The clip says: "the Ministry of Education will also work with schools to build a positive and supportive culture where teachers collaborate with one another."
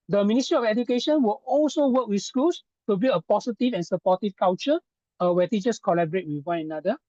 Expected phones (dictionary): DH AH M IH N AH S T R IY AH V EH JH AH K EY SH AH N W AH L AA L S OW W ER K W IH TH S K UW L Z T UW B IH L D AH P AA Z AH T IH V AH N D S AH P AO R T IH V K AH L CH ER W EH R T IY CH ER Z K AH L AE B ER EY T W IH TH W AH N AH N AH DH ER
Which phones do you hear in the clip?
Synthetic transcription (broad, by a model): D AH M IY N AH S T R IY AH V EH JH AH K EY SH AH N W AH L AA L S OW W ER K W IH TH S K UW L S T UW B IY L AH P AA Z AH T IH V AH N S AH P AO T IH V K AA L CH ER W EH T IY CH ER S K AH L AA B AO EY T W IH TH W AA N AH N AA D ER